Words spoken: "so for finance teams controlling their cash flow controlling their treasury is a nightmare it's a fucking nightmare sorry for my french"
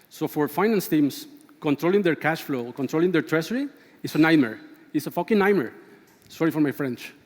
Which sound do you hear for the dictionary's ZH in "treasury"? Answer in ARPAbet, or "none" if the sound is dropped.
S